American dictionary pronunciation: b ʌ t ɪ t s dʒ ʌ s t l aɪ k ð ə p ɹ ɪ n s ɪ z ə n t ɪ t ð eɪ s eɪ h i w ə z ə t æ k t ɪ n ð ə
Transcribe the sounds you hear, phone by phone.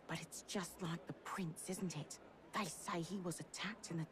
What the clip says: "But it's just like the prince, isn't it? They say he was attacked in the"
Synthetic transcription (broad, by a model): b ʌ t ɪ t s dʒ ʌ s t l aɪ k ð ə p ɹ ɪ n s ɪ z n t ɪ t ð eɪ s eɪ i w ə z ə t æ k t ɪ n ð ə